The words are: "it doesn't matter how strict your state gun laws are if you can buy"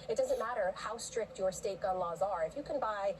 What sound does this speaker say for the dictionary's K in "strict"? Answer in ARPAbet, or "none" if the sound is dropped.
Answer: K